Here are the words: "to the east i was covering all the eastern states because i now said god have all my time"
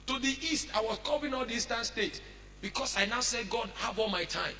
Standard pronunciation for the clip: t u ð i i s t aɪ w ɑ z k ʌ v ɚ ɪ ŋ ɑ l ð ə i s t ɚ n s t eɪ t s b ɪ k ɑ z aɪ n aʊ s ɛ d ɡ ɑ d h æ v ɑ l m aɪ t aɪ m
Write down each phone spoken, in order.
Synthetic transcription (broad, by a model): t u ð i i s t aɪ w ɑ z k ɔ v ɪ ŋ ɑ l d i s t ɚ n s t eɪ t b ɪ k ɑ s aɪ n aʊ s ɛ d ɡ ɑ d h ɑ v ɑ l m aɪ t aɪ m